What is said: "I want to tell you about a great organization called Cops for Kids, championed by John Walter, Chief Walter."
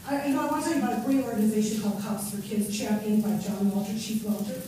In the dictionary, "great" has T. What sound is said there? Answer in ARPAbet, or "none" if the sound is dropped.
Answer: none